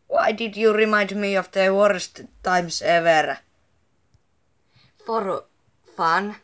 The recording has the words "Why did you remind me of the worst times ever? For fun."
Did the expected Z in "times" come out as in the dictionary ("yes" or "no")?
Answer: no